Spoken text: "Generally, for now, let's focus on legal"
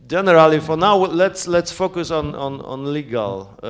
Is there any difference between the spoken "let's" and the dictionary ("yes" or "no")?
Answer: no